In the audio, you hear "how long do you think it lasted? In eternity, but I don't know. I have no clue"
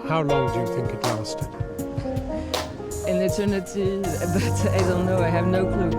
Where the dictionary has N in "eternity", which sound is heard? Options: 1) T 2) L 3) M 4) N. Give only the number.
4